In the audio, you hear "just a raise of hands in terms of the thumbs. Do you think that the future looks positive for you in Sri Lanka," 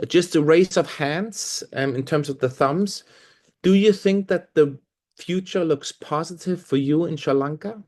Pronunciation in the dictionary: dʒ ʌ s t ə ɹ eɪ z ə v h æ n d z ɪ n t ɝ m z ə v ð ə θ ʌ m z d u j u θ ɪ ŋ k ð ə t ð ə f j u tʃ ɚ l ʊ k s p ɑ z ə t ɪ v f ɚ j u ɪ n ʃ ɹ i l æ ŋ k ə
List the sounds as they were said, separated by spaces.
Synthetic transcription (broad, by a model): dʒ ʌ s t ə ɹ eɪ s ə v h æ n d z ɪ n t ɝ m z ə v ð ə θ ʌ m z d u j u θ ɪ ŋ k ð ə t ð ə f j u tʃ ɚ l ʊ k s p ɑ z ə t ɪ v f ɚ j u ɪ n ʃ ʌ l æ ŋ k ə